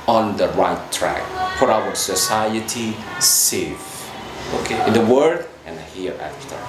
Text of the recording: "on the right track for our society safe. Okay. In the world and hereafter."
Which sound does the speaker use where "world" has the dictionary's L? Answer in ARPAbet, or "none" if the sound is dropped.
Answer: none